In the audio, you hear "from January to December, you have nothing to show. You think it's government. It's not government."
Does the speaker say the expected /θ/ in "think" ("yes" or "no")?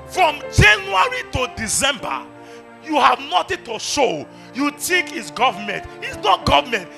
no